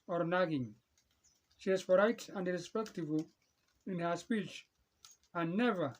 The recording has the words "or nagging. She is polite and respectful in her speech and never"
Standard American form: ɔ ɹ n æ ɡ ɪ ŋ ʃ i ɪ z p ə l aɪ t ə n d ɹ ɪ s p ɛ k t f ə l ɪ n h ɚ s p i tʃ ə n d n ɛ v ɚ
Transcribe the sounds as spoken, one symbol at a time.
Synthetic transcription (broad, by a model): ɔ ɹ n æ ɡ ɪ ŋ ʃ i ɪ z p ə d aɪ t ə n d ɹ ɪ s p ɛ k t ə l ɪ n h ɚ s p i tʃ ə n n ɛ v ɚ